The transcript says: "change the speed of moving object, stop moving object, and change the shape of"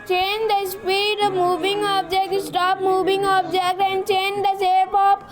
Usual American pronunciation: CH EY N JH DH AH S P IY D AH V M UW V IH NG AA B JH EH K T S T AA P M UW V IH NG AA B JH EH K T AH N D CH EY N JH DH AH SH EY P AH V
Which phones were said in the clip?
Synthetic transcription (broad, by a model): CH EY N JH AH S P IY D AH M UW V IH NG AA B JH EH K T S T AA P M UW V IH NG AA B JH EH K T AH N D CH EY N JH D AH S EY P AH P